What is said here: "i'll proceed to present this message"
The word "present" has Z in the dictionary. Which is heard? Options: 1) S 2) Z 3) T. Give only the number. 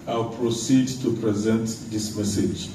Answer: 2